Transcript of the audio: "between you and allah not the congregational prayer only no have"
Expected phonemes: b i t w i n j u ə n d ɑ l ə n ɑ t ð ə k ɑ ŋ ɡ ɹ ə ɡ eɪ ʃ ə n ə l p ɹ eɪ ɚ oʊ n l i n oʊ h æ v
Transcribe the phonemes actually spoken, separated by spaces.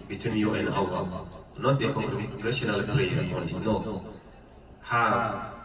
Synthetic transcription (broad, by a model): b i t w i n j u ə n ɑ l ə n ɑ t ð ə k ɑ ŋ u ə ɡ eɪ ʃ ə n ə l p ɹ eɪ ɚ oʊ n i n oʊ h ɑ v